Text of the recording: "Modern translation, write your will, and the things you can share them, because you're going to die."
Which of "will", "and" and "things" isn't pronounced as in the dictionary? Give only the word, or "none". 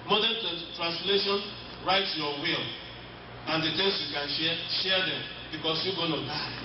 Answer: things